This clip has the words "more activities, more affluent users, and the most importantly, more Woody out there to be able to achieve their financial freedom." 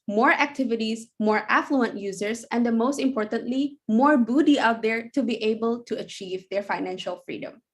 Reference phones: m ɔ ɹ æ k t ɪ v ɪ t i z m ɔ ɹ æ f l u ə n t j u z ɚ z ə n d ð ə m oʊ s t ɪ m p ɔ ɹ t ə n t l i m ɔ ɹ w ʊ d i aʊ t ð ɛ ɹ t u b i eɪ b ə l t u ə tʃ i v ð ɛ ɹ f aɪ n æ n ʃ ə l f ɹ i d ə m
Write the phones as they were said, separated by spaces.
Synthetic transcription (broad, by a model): m ɔ ɹ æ k t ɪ v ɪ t i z m ɔ ɹ æ f l u ə n t j u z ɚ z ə n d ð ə m oʊ s t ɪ m p ɔ ɹ t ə n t l i m ɔ ɹ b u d i aʊ t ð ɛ ɹ t u b i eɪ b ə l t u ə tʃ i v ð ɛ ɹ f aɪ n æ n ʃ ə l f ɹ i d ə m